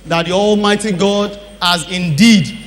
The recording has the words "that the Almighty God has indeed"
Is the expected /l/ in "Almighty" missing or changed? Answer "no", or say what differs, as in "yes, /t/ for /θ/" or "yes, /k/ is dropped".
no